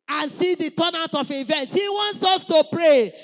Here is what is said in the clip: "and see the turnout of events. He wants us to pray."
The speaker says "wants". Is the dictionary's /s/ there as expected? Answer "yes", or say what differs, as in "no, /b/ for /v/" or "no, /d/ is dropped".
yes